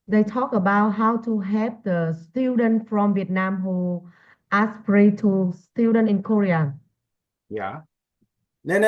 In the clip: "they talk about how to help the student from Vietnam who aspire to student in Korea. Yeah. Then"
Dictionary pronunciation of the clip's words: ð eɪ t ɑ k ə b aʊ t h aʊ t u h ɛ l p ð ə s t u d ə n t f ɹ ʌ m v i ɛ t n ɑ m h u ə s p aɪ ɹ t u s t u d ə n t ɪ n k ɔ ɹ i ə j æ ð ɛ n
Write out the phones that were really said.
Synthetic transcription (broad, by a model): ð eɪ t ɑ k ə b aʊ t h aʊ t u h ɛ p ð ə s t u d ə n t f ɹ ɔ m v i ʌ t n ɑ m h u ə s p ɹ t u s t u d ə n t ɪ n k ɔ ɹ i ə j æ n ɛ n